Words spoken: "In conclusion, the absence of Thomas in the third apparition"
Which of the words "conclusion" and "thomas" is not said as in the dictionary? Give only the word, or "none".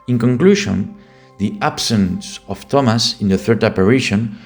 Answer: conclusion